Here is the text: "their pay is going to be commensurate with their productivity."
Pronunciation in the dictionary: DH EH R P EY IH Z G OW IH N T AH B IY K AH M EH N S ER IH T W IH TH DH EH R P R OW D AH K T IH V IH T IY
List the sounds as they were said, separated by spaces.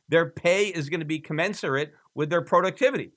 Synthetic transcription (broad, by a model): DH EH R P EY IH Z G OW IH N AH B IY K AH M EH N S ER IH T W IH DH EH R P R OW D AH K T IH V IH T IY